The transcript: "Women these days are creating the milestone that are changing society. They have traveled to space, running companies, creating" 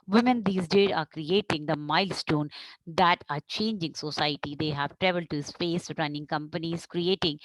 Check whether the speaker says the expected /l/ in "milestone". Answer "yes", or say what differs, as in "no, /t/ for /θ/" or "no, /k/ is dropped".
yes